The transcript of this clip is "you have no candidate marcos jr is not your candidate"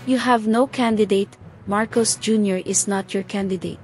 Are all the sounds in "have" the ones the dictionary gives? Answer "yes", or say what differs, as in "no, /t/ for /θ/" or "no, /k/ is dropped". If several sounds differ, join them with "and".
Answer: yes